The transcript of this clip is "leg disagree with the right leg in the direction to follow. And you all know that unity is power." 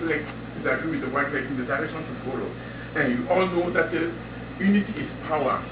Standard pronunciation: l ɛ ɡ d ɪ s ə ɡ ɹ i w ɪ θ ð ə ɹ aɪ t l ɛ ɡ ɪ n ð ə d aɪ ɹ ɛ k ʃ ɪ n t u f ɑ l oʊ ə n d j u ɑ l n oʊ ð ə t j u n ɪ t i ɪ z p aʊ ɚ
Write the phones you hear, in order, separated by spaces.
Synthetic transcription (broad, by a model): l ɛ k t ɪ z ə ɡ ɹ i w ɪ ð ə w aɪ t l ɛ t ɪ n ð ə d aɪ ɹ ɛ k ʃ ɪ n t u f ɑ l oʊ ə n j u ɑ l n oʊ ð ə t j u n ɪ t i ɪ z p aʊ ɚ